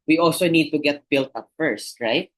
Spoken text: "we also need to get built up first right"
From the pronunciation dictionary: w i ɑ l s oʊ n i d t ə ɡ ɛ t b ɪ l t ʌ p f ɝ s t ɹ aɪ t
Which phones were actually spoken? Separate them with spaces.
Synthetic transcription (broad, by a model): w i ɑ l s oʊ n i d t ə ɡ ɛ t b ɪ l t ʌ p f ɝ s t ɹ aɪ t